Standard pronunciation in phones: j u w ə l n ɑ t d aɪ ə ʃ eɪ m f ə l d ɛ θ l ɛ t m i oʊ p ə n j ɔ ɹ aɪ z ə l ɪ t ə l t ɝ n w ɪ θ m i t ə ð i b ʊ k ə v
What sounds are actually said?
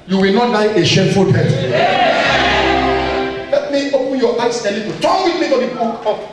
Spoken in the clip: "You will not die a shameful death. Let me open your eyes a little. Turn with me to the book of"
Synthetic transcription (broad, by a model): j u w ə l n ɑ t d aɪ ə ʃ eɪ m f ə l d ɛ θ l ɛ t m i oʊ p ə n j ɔ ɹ aɪ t ə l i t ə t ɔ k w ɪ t m i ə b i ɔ ə